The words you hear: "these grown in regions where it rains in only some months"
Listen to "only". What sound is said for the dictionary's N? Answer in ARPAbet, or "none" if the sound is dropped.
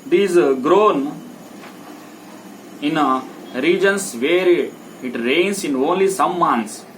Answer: N